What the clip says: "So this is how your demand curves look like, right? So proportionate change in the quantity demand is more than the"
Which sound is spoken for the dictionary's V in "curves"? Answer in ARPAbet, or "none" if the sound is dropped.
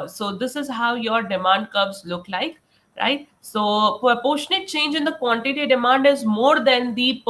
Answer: B